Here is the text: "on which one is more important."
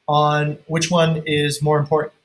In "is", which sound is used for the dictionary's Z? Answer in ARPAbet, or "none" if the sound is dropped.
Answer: Z